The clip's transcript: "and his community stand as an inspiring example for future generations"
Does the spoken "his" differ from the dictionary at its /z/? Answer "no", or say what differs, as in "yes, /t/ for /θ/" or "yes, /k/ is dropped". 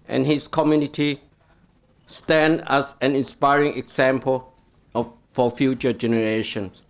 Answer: yes, /s/ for /z/